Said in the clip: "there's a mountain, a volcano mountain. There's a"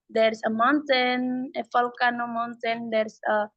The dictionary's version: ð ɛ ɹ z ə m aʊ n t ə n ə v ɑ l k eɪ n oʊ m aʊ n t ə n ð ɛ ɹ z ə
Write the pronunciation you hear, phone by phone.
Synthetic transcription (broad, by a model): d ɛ ɹ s ə m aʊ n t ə n ə f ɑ l k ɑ n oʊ m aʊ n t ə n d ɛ ɹ s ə